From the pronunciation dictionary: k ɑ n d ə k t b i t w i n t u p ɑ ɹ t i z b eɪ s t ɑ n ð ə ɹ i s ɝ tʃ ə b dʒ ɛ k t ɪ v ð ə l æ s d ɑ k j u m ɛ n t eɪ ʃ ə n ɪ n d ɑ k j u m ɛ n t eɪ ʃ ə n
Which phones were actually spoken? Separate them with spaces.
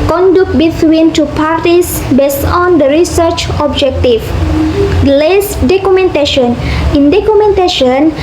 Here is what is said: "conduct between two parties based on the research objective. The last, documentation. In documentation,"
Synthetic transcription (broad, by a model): k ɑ n d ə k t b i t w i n t u p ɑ ɹ t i s b eɪ s t ɑ n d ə ɹ i s ɝ tʃ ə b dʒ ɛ k t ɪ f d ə l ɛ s d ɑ k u m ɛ n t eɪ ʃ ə n ɪ n d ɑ k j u m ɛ n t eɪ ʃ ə n